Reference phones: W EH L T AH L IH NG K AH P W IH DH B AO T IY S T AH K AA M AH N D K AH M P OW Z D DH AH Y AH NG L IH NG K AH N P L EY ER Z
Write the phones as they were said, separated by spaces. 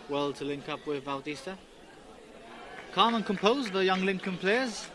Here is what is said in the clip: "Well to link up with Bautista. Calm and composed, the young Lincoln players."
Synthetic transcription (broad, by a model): W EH L T AH L IH NG K AH P W IH DH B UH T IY S T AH K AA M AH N K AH M P OW Z DH AH Y AH NG L IH NG K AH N P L EY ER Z